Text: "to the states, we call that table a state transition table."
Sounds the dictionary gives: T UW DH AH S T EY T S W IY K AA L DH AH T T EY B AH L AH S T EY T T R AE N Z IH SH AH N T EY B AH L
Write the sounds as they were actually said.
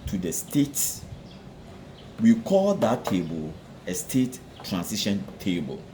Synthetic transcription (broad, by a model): T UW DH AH S T EY T S W IY K AA L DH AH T T EY B AH L AH S T EY T T R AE N S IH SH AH N T EY B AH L